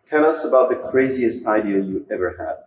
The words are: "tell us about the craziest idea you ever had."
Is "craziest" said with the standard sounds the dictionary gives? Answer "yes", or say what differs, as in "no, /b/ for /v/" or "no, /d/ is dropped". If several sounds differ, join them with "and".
yes